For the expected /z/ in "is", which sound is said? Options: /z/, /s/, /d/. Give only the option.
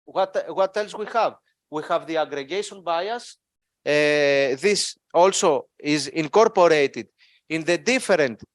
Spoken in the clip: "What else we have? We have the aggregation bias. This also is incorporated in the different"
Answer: /z/